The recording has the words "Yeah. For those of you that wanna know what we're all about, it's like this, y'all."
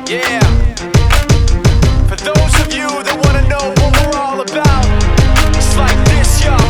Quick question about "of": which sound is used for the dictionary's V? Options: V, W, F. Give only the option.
V